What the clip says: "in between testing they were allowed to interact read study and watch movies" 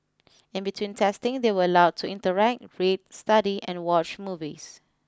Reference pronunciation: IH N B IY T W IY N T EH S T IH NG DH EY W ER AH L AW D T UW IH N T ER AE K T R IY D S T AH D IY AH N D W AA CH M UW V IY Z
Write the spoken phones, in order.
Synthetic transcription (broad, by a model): IH N B IY T W IY N T EH S T IH NG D EY W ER AH L AW D T UW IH N T ER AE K T R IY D S T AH D IY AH N W AA CH M UW V IY S